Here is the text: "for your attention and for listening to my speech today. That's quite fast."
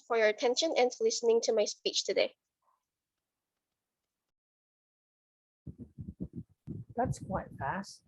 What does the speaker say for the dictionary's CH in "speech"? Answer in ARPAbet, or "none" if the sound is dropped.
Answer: CH